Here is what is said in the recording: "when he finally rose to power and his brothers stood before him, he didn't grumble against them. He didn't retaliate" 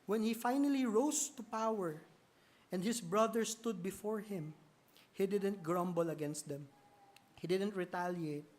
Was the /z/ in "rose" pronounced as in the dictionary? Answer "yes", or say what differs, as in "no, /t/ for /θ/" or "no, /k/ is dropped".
no, /s/ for /z/